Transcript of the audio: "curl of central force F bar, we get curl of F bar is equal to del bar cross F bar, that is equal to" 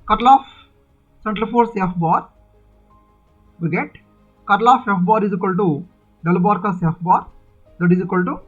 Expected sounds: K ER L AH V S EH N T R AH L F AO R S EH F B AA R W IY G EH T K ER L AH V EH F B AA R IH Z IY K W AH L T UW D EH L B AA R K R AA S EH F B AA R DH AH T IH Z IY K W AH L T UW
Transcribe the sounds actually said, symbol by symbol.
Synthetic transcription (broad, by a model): K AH L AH F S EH N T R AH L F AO R S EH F B AA R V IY G EH T K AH L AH F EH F B AA R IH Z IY K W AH L T UW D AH L B AA R K AA S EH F B AA R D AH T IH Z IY K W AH L T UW